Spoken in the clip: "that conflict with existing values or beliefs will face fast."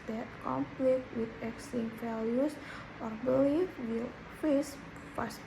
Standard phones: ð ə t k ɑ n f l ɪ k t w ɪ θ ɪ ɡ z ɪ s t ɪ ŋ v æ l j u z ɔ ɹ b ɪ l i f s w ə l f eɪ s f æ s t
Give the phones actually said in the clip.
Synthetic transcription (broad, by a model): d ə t k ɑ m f l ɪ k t w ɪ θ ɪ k s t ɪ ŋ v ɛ l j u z ɔ ɹ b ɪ l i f w ə l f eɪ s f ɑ s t